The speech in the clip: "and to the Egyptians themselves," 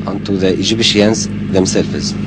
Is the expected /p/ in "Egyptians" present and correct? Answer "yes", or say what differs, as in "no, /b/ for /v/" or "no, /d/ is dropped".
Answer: no, /b/ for /p/